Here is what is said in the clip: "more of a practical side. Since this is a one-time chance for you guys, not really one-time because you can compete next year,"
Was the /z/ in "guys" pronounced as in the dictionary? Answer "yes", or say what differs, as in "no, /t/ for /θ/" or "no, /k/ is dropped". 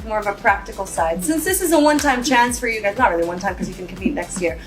yes